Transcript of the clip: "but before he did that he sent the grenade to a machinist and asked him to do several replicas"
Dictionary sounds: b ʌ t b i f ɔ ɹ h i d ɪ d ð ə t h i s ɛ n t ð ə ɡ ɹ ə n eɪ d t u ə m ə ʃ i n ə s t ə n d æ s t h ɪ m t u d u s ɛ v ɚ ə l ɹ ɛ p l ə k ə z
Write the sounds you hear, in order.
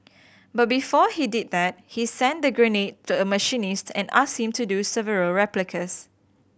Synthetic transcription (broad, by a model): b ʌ t b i f ɔ h i d ɪ d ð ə t h i s ɛ n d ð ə ɡ ɹ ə n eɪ t u ə m ə ʃ i n ə s t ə n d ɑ s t h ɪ m t u d u s ɛ v ɚ ə l ɹ ɛ p l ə k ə s